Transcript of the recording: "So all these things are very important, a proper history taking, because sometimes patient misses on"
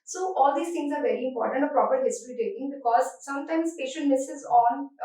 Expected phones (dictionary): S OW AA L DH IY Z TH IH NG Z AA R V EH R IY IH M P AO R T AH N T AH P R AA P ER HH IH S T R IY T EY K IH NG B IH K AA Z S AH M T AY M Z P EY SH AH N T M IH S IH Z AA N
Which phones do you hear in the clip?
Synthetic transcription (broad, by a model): S OW AA L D IY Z T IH NG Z AA R V EH R IY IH M P AO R T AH N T AH P R AA P ER HH IH S T R IY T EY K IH NG B IH K AA Z S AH M T AY M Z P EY SH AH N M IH S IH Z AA N